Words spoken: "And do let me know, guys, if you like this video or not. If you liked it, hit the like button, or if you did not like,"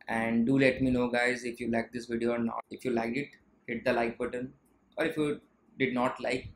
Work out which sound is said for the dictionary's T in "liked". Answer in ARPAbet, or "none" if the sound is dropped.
none